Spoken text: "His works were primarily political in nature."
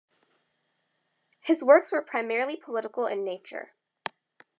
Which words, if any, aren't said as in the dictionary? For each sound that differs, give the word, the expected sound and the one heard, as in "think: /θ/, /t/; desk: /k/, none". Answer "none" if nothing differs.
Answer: none